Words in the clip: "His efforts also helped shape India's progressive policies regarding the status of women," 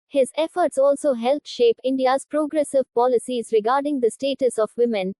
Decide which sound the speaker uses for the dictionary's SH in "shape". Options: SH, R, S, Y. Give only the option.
SH